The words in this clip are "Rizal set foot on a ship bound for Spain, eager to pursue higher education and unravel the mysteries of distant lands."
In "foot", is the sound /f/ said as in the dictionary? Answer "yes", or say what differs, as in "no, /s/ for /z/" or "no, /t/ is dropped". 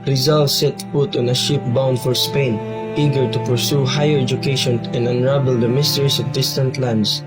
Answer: no, /p/ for /f/